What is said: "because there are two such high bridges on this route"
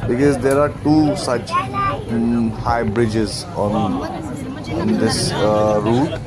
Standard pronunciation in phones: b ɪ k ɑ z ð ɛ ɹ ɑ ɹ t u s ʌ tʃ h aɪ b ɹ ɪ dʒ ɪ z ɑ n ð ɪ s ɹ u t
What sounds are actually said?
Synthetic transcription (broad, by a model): b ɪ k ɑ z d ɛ ɹ ɑ ɹ t u s ʌ tʃ h aɪ b ɹ ɪ dʒ ɪ z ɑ n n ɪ s ɹ u t